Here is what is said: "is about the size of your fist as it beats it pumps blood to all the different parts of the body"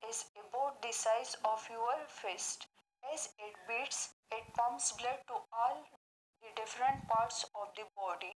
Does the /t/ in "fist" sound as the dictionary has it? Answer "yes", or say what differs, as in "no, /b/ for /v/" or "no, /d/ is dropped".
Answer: yes